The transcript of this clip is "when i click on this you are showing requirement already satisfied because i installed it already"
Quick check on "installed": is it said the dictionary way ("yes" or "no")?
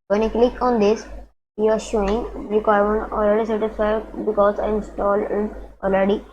no